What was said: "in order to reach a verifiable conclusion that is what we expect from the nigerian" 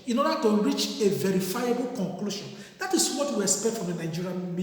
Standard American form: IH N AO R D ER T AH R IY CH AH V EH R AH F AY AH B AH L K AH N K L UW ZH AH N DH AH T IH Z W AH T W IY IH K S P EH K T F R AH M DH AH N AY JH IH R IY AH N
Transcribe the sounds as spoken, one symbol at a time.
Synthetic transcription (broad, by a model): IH N AO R D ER T AH R IY CH AH V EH R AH F AY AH B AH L K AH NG K L UW SH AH N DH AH T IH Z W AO T W IY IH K S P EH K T F R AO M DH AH N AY JH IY R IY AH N